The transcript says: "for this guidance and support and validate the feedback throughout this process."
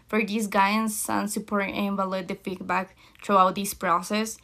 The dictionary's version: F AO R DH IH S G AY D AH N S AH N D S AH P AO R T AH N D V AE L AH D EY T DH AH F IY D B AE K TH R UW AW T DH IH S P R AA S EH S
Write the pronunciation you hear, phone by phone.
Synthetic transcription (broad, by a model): F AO R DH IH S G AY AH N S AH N S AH P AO R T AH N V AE L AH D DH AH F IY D B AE K T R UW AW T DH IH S P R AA S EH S